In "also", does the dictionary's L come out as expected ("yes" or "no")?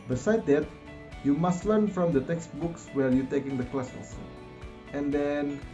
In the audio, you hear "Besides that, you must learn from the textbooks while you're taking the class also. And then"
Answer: no